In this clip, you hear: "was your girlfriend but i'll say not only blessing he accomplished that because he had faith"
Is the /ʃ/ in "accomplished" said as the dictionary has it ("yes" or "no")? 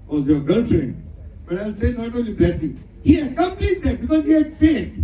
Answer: no